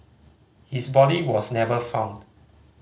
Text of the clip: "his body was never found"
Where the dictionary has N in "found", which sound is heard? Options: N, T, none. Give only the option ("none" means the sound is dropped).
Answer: N